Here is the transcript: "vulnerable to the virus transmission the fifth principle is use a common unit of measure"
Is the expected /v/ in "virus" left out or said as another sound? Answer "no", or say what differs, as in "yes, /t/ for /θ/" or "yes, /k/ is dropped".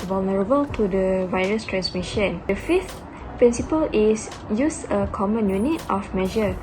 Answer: no